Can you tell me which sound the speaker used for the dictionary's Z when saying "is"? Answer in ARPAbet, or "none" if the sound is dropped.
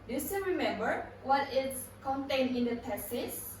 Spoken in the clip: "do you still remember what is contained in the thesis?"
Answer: S